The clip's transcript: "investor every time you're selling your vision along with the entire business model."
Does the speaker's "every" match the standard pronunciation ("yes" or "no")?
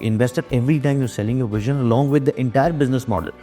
yes